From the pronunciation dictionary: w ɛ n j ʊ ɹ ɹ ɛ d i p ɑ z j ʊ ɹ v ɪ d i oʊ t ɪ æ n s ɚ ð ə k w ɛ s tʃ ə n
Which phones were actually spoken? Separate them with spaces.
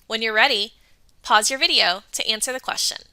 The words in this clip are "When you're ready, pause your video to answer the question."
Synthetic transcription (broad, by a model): w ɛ n j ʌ ɹ ɹ ɛ d i p ɑ z j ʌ ɹ v ɪ d i oʊ t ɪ æ n s ɚ ð ə k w ɛ s tʃ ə n